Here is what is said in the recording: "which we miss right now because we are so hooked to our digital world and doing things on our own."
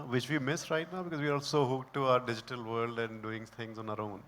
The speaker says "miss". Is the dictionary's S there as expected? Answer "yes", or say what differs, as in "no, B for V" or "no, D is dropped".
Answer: yes